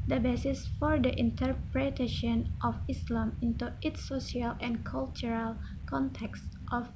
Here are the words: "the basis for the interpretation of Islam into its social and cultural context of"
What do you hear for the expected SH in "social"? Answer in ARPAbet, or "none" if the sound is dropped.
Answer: none